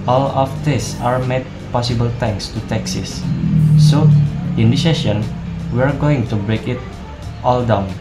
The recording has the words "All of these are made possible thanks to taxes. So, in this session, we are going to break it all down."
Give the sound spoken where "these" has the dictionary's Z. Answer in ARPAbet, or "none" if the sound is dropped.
S